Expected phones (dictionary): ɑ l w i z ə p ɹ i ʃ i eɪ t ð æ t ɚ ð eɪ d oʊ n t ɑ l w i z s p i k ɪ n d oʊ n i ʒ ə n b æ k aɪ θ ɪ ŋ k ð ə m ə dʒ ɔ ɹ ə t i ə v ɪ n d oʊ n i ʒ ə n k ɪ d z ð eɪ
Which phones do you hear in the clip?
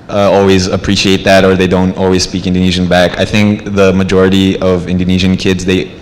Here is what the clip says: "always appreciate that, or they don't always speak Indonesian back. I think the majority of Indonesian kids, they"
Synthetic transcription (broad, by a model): ɑ l w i z ə p ɹ i ʃ i eɪ t ð æ t ɚ ð eɪ d oʊ n t ɑ l w i z s p i k ɪ n d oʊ n i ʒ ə n b æ k aɪ θ ɪ ŋ k ð ə m ə dʒ ɔ ɹ ə t i ə v ɪ n d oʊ n i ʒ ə n k ɪ d z ð eɪ